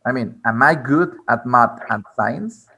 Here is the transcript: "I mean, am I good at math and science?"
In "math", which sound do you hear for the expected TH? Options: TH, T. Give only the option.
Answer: T